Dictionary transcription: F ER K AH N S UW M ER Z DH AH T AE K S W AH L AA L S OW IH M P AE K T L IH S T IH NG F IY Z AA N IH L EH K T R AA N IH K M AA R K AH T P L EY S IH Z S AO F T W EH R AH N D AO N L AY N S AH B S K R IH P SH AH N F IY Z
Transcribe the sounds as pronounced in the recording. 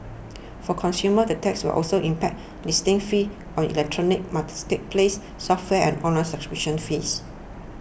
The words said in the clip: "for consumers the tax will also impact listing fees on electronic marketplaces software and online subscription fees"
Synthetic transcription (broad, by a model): F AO K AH N S UW M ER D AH T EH K S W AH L AA L S OW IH M P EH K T L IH S T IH NG F IY AA N IH L EH K T R AA N IH K M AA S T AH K P L EY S S AO F T W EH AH N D AO N L AY N S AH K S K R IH SH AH N F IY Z